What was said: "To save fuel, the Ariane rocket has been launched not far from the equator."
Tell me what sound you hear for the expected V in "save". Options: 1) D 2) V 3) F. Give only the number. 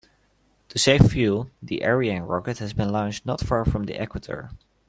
3